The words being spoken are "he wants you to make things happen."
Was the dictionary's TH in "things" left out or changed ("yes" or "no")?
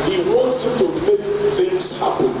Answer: yes